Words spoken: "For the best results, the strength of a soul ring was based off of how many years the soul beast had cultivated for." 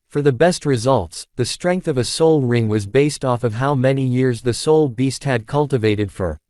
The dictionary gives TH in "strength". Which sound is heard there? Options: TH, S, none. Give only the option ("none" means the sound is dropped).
TH